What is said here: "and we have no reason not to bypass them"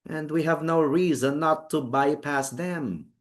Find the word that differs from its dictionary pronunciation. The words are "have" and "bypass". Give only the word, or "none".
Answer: none